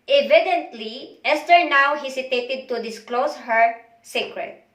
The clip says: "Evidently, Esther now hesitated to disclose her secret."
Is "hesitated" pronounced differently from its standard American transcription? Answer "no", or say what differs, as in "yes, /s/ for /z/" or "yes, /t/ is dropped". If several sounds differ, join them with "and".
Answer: yes, /s/ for /z/